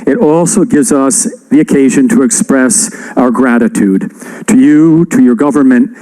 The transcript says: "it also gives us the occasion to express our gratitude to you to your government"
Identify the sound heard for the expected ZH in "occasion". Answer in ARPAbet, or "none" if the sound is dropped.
ZH